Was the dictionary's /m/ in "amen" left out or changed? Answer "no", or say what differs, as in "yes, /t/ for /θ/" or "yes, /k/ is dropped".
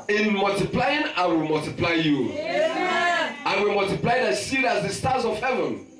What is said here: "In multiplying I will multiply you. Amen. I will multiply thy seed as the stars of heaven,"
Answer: yes, /m/ is dropped